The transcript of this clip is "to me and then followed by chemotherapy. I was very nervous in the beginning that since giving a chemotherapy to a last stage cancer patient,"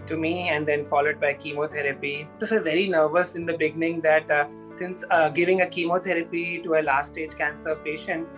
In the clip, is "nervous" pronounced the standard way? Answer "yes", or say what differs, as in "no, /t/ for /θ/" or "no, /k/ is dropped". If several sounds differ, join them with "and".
yes